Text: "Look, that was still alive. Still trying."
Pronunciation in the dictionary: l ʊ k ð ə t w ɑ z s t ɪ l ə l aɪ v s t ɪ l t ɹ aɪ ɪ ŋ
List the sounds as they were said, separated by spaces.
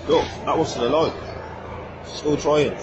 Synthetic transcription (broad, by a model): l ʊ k ð ə t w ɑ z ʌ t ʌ l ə ʊ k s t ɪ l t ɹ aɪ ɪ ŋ